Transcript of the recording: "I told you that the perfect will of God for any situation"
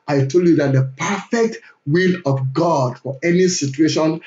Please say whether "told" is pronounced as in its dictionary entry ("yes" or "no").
yes